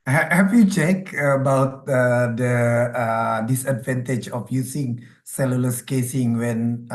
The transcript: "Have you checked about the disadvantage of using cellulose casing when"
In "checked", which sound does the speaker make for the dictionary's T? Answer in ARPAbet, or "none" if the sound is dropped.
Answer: none